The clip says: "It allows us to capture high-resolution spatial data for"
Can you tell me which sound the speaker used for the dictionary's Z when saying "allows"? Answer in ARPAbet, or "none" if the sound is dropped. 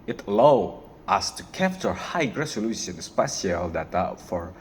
none